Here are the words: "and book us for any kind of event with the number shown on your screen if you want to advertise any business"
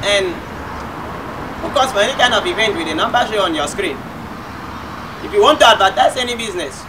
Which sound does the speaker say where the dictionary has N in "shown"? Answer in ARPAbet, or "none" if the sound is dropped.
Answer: none